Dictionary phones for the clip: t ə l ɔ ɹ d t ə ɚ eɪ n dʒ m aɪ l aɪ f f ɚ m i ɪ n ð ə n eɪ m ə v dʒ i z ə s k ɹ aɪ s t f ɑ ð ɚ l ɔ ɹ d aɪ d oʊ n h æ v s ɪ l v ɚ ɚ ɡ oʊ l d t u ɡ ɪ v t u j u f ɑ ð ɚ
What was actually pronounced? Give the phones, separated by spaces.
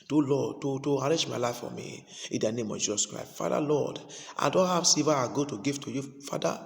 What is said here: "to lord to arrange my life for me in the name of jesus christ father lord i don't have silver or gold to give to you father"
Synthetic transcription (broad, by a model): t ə l ɔ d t t ə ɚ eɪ dʒ m aɪ l aɪ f f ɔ m i ɪ n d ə n eɪ m ə v dʒ i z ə s k ɹ aɪ s t f ɑ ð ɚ l ɔ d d aɪ d oʊ n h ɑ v s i v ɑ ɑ ɡ oʊ t u ɡ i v t u j u f ɑ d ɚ